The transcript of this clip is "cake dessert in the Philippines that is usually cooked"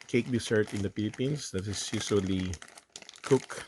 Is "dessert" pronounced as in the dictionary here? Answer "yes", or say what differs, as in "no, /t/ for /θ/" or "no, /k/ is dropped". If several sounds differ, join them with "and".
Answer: no, /s/ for /z/